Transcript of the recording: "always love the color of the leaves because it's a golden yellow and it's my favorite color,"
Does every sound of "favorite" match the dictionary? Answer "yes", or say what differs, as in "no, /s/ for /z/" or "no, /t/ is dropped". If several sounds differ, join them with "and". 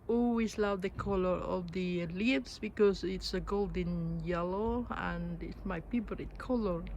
no, /p/ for /f/